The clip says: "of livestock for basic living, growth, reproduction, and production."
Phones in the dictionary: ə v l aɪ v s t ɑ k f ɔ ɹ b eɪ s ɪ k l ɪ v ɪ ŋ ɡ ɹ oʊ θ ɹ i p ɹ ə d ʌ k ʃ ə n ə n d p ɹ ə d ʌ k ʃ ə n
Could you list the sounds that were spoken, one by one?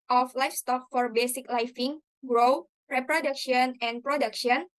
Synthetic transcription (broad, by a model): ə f l aɪ f s t ɑ k f ɔ ɹ b eɪ s ɪ k l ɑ f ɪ ŋ ɡ ɹ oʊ ɹ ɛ p ɹ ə d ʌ k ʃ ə n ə n p ɹ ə d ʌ k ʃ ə n